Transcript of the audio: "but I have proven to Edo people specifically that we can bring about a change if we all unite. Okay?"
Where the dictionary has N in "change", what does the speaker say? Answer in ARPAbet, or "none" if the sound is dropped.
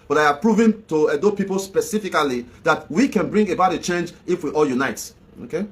N